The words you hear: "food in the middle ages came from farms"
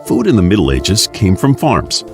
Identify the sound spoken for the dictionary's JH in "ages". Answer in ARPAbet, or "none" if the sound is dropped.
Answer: JH